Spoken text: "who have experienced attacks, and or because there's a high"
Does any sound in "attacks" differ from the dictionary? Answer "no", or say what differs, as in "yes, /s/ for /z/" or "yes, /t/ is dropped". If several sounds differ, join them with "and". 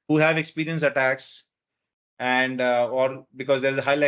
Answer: no